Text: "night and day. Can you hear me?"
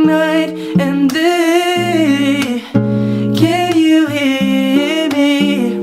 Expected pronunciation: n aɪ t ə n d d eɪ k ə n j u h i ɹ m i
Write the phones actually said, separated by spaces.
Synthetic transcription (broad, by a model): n aɪ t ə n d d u k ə l j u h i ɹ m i